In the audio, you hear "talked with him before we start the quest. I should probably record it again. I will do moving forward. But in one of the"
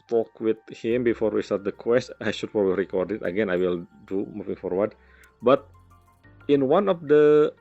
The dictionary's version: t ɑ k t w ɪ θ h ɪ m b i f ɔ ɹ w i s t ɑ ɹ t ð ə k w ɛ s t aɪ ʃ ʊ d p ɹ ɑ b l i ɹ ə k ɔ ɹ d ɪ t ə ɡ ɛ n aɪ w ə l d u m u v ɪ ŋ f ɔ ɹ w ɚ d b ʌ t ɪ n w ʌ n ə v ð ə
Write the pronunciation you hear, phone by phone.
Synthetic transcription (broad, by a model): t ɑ k w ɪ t h ɪ m b i f ɔ ɹ w i s t ɑ ɹ t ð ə k w ɛ s t aɪ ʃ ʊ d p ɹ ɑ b i ɹ ə k ɔ ɹ d ɪ t ə ɡ ɛ n aɪ w ə l d u m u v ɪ ŋ f ɔ ɹ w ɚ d b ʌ t ɪ n w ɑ n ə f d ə